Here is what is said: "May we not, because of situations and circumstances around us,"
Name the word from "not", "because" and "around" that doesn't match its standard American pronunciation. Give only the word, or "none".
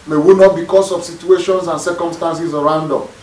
because